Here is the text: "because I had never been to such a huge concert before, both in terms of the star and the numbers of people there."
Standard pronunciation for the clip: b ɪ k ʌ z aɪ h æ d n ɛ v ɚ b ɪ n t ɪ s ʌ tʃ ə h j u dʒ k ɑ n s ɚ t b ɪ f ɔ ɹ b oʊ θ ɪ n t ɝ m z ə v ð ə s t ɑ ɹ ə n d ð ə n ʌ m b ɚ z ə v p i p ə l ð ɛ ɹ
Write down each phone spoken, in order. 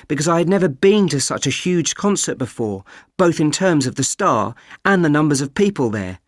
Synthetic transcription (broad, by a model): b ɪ k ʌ z aɪ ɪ d n ɛ v ɚ b ɪ n t ɪ s ʌ tʃ ə h j u dʒ k ɑ n s ɚ t b ɪ f ɔ ɹ b oʊ θ ɪ n t ɝ m z ə v ð ə s t ɑ ɹ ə n ð ə n ʌ m b ɚ z ə v p i p ə l ð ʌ ɹ